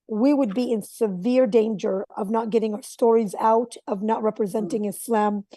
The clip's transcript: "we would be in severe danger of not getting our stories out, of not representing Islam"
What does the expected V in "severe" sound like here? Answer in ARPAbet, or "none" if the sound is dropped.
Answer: V